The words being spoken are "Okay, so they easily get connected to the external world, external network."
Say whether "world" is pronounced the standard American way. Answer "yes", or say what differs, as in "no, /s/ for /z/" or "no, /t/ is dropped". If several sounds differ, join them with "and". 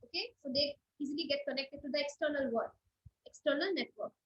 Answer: no, /l/ is dropped